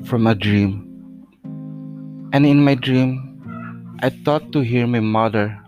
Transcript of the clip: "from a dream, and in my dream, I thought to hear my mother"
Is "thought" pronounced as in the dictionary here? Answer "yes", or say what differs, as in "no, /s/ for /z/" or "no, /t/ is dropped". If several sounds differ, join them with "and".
no, /t/ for /θ/